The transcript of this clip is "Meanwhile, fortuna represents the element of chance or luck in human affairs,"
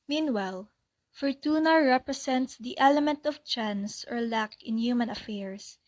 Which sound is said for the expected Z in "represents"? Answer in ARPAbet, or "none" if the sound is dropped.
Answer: S